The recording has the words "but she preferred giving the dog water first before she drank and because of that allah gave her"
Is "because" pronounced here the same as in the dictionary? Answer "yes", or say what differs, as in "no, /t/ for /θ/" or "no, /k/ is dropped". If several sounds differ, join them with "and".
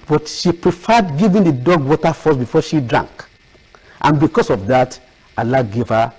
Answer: no, /s/ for /z/